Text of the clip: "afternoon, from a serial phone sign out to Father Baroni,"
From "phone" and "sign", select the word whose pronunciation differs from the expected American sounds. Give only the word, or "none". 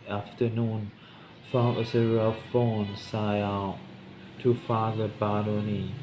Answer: sign